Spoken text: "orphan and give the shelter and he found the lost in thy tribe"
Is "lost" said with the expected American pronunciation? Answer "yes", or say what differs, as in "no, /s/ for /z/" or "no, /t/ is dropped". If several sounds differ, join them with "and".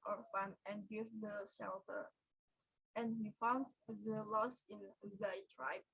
no, /t/ is dropped